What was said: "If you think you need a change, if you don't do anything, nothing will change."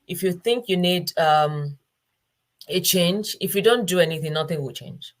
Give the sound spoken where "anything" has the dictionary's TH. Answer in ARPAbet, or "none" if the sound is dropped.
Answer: TH